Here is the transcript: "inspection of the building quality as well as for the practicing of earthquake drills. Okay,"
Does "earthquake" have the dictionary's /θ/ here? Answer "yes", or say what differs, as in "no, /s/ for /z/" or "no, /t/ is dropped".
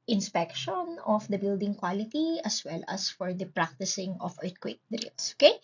no, /t/ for /θ/